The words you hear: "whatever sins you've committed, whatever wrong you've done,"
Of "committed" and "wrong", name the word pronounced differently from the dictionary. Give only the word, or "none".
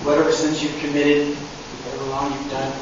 wrong